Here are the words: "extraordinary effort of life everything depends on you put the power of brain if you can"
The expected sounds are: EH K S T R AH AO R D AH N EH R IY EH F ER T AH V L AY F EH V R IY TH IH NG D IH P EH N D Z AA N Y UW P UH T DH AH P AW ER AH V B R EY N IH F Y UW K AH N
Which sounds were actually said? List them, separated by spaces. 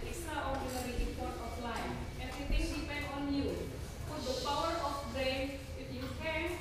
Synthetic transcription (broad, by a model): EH K S T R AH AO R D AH N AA R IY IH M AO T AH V L AY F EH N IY T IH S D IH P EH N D AA N Y UW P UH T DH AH P AW ER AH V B R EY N IH F Y UW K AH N